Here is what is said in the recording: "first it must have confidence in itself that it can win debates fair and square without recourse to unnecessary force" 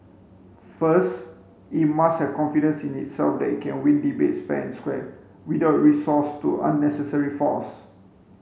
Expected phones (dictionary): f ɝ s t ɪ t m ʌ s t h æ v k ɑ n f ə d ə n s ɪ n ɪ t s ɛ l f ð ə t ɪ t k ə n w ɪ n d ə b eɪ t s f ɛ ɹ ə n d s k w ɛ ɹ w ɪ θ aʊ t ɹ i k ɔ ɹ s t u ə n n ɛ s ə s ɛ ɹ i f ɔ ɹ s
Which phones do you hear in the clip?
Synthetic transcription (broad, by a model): f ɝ s t ɪ t m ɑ s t h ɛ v k ɑ n f ə d ə n s ɪ n ɪ t s ɛ l f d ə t ɪ t k ə n w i n d ə b eɪ t s p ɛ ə n s k w ɛ w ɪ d aʊ t ɹ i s ɔ s t u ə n n ɛ s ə s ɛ ɹ i f ɔ s